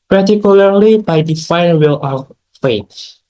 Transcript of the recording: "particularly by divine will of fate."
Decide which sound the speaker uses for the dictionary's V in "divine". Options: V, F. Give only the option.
F